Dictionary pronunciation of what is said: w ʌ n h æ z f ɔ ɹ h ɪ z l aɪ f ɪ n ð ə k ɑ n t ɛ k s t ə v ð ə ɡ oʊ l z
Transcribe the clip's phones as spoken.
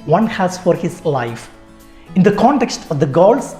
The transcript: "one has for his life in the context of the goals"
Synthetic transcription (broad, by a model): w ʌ n h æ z f ɔ ɹ h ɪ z l aɪ f ɪ n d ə k ɑ n t ɛ k s t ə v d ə ɡ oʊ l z